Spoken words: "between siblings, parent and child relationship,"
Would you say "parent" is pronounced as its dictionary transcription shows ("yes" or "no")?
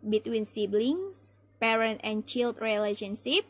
yes